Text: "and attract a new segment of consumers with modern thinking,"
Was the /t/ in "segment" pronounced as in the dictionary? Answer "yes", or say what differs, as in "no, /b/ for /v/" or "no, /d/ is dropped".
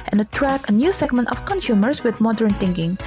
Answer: yes